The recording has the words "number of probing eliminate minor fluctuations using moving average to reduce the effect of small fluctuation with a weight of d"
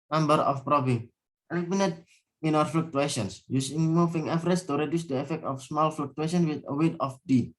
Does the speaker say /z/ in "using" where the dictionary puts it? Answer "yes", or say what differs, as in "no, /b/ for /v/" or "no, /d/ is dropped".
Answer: no, /s/ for /z/